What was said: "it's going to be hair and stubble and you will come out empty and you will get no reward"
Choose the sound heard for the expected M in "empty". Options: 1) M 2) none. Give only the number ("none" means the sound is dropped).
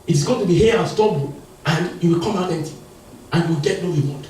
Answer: 2